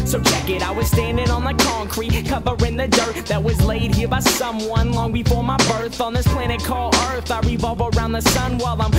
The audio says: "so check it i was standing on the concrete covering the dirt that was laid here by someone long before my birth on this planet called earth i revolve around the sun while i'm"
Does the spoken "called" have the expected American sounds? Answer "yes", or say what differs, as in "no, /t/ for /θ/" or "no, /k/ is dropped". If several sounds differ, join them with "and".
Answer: no, /d/ is dropped